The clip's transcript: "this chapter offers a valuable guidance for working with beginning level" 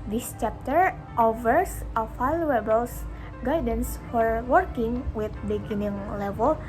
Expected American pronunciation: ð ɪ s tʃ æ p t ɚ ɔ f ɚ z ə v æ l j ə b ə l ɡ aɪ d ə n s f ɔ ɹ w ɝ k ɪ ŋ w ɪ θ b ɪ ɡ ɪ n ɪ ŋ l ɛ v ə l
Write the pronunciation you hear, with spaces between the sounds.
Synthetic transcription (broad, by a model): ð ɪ s tʃ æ p t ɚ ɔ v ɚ s ə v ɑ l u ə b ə l ɡ aɪ d ə n s f ɔ ɹ w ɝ k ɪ ŋ w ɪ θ b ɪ ɡ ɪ n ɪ ŋ l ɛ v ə l